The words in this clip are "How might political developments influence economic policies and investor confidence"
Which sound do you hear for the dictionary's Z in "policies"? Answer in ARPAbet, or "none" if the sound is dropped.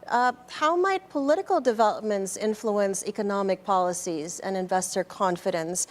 Z